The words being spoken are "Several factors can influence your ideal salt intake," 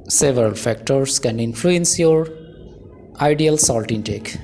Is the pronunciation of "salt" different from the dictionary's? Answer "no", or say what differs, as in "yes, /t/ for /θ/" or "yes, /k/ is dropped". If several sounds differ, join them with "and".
no